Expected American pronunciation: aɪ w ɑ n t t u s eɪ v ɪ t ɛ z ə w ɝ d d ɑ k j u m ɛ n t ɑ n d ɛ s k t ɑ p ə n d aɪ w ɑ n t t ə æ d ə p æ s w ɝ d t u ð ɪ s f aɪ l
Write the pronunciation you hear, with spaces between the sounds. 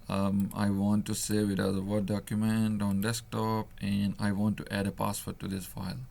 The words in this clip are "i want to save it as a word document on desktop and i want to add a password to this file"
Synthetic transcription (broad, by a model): aɪ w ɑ n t t u s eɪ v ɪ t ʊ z ə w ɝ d d ɑ k j u m ɛ n t ɑ n d ɛ s k t ɑ p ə n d aɪ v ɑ n t t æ d ə p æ s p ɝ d t u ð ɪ s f aɪ l